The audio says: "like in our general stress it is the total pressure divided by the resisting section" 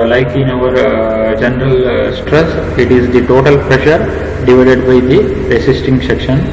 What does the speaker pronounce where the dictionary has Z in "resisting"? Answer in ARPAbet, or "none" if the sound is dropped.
S